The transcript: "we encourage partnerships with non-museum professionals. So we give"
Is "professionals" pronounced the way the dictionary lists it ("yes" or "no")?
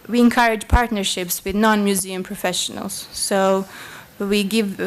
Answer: yes